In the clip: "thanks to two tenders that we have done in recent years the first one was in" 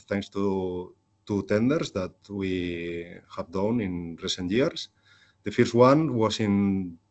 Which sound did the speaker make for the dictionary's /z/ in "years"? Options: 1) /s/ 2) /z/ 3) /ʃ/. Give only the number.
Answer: 1